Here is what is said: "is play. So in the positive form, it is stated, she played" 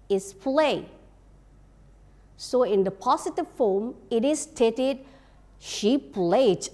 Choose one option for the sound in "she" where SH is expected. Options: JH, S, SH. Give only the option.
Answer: SH